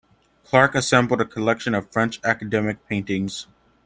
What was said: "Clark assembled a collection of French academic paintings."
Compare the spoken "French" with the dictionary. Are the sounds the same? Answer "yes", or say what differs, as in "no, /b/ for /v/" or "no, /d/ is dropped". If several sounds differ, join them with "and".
yes